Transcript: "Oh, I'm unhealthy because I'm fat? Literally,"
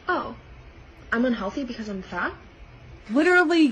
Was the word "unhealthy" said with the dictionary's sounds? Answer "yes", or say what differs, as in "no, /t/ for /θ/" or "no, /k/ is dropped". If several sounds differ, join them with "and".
yes